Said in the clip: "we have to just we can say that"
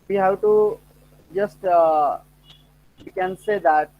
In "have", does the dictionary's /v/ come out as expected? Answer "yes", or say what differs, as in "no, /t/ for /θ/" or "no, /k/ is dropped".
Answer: no, /w/ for /v/